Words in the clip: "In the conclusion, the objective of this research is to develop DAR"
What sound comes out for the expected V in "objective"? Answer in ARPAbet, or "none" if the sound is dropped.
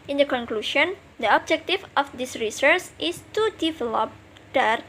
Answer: F